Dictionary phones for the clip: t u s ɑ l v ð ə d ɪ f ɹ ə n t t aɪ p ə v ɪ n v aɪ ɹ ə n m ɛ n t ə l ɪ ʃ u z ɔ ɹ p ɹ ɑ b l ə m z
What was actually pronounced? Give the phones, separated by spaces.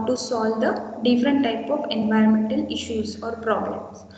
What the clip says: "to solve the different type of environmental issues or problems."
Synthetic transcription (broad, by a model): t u s ɑ l v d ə d ɪ f ɹ ə n t t aɪ p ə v ɪ n v aɪ ɹ ə n m ɛ n t ə l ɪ ʃ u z ɔ ɹ p ɹ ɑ b l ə m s